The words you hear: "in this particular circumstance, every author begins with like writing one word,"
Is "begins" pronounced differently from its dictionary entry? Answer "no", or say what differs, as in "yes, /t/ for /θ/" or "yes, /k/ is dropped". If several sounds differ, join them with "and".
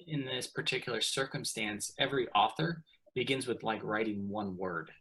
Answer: no